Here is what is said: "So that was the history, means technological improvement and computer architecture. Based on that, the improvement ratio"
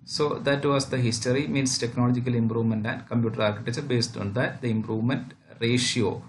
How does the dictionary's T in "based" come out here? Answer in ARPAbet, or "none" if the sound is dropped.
T